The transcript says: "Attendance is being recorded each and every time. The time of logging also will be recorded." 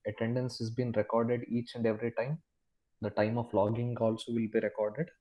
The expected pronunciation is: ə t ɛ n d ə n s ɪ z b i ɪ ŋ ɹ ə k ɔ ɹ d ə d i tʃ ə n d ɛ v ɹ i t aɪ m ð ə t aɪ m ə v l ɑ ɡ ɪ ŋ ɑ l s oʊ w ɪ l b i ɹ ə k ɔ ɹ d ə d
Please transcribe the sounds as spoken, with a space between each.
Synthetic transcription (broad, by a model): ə t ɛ n d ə n s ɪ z b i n ɹ ə k ɔ ɹ d ə d i tʃ ə n d ɛ v ɹ i t aɪ m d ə t aɪ m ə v l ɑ ɡ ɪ ŋ ɑ l s oʊ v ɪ l b i ɹ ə k ɔ ɹ d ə d